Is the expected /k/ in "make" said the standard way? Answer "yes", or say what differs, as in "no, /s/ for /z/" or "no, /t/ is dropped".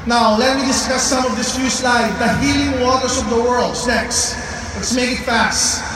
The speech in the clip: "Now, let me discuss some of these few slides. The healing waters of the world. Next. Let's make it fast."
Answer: yes